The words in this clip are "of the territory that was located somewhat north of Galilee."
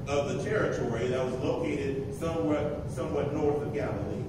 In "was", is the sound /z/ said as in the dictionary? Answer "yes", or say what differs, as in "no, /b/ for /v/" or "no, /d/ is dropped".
yes